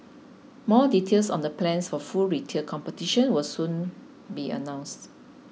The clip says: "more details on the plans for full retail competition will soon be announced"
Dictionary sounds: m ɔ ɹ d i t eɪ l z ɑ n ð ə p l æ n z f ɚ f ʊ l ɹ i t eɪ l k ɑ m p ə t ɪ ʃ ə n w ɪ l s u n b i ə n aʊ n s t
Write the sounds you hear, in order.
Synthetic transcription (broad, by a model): m ɔ d i t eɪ l s ɑ n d ə p l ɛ n s f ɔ f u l ɹ i t eɪ l k ɑ m p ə t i ʃ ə n w ɪ l s u n b i ə n aʊ n s t